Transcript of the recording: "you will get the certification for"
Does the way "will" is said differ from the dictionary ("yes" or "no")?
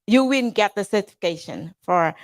yes